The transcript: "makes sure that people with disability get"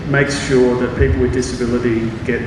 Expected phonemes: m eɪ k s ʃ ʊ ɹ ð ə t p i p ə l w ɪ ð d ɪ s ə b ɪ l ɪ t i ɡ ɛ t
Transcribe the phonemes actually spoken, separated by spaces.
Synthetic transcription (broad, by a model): m eɪ k s ʃ ʊ ɹ ð ə t p i p l w ɪ ð d ɪ s ə b ɪ l ɪ t i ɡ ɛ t